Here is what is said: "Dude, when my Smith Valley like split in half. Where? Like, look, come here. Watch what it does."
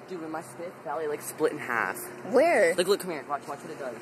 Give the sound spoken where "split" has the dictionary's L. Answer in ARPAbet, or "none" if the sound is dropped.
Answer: L